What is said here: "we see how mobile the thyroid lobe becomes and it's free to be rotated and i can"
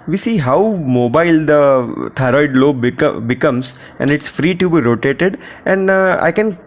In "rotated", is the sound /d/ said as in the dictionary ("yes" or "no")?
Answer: yes